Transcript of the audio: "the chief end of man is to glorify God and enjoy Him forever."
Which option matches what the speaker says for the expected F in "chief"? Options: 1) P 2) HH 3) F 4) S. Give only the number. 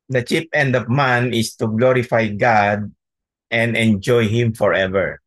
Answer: 1